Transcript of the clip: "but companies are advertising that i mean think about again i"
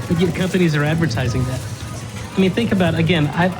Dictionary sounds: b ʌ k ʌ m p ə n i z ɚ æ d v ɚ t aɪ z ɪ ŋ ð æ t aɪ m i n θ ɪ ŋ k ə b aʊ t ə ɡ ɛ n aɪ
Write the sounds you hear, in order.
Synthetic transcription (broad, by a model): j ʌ k ʌ m p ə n i z ɚ æ d v ɚ t aɪ z ɪ ŋ ð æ t aɪ m i n θ ɪ ŋ k ə b aʊ t ə ɡ ɛ n aɪ